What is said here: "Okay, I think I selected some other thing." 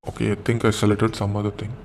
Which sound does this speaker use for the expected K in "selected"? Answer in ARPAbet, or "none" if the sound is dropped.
none